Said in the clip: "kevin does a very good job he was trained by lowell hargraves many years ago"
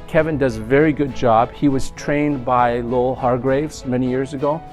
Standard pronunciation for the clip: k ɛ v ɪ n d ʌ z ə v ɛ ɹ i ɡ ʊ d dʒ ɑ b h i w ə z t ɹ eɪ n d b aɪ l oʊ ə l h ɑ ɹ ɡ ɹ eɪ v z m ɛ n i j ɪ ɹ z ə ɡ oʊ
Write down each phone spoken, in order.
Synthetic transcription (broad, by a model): k ɛ v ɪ n d ʌ z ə v ɛ ɹ i ɡ ʊ d dʒ ɑ b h i w ə z t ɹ eɪ n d b aɪ l oʊ ə l h ɑ ɹ ɡ ɹ eɪ v z m ɛ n i j ɪ ɹ z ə ɡ oʊ